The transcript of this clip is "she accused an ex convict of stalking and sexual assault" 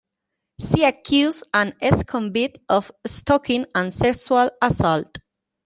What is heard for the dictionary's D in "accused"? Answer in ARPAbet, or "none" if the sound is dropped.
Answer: none